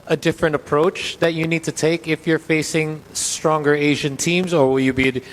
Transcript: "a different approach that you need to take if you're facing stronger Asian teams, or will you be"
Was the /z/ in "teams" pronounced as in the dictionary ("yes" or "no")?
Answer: yes